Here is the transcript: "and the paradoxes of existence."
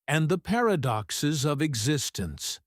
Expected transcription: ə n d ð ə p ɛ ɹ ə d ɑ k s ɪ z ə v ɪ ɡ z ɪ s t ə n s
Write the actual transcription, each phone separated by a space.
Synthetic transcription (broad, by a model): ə n ð ə p ɛ ɹ ə d ɑ k s ɪ z ə v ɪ ɡ z ɪ s t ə n s